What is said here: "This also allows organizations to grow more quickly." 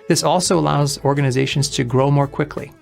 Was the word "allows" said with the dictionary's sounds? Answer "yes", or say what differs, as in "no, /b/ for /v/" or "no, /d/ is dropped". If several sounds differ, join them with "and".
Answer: yes